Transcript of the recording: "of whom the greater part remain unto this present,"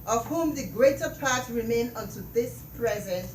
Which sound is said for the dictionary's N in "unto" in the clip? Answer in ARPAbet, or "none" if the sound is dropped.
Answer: N